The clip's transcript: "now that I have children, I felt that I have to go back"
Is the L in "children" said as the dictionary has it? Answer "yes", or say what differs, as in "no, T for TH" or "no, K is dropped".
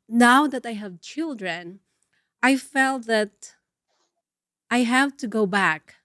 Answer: yes